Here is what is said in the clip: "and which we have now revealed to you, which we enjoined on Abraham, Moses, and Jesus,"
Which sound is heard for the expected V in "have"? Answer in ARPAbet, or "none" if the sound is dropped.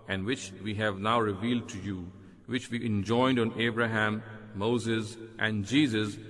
V